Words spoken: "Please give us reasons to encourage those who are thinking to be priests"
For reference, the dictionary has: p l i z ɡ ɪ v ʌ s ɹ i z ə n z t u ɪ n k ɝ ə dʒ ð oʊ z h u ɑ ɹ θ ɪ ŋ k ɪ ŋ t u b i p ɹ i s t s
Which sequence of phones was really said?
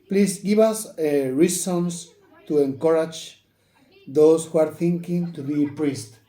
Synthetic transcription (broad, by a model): p l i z ɡ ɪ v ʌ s ɹ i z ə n s t u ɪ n k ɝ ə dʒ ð oʊ s h u ɑ ɹ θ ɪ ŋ k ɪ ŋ t u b i p ɹ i s t